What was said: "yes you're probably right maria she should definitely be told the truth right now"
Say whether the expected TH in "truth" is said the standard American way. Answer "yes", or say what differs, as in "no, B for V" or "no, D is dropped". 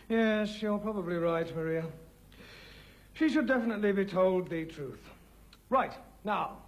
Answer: yes